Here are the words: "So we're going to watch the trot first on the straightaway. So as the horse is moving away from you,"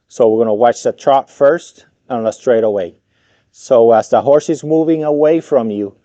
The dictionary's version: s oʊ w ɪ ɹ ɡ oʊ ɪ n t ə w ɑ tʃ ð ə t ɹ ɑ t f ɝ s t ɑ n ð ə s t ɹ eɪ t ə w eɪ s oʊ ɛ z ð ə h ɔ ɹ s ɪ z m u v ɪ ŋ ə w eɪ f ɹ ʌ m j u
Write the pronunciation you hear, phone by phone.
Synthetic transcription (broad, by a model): s oʊ w ɪ ɹ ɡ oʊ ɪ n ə w ɑ tʃ ð ə t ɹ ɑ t f ɝ s t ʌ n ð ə s t ɹ eɪ t ə w eɪ s oʊ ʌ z ð ə h ɔ ɹ s ɪ z m u v ɪ ŋ ə w eɪ f ɹ ʌ m j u